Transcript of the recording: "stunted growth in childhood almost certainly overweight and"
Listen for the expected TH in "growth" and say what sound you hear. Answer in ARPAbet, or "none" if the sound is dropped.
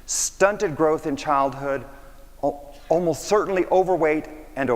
TH